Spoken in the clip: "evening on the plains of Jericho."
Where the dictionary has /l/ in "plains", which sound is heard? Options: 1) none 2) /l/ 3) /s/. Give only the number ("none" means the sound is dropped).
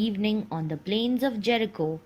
2